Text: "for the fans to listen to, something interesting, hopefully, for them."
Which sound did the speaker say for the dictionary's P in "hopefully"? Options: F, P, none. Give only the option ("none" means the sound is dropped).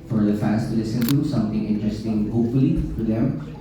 none